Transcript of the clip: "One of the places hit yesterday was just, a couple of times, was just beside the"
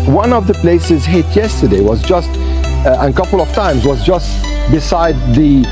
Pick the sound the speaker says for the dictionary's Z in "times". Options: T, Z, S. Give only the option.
Z